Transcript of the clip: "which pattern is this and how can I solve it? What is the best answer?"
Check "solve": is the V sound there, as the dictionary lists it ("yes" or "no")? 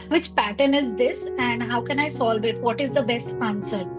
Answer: yes